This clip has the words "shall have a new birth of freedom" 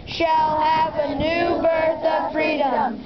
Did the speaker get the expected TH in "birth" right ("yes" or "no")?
yes